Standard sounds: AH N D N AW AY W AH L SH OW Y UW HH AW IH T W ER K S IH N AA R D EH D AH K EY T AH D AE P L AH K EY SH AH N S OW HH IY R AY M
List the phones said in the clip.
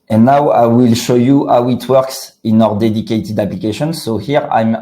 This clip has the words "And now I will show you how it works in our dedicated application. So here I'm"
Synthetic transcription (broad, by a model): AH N N AW AY W AH L SH OW Y UW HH AW IH T W ER K S IH N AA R D EH D AH K EY T AH D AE P L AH K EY SH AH N S OW HH IY R AY M